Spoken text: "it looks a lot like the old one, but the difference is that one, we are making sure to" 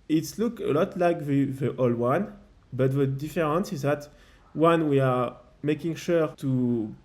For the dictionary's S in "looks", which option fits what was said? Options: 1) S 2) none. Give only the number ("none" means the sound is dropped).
2